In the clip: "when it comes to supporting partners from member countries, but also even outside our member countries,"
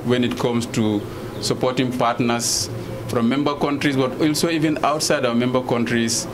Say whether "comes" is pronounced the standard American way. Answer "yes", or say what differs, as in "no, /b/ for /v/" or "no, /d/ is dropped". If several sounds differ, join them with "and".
no, /s/ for /z/